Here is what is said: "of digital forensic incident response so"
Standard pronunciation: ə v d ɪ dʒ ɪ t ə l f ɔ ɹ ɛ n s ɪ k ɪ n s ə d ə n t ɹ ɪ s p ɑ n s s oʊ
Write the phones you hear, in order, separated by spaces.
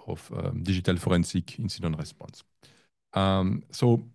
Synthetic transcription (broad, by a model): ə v d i ʒ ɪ t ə l f ɔ ɹ ɛ n s ɪ k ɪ n s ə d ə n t ɹ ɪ s p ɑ n s s oʊ